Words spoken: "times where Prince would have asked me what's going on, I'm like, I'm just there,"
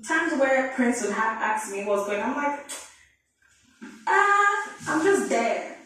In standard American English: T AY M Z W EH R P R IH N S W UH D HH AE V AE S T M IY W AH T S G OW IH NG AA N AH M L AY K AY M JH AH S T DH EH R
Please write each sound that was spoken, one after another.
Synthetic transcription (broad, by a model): T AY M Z W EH R P R IH N S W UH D HH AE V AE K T M IY W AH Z G OW IH NG AA AH M L AY K AY M JH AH S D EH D